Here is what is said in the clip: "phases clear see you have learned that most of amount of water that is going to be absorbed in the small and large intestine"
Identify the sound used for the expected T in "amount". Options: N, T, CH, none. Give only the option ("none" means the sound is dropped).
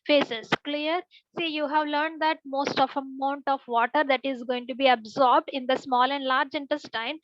T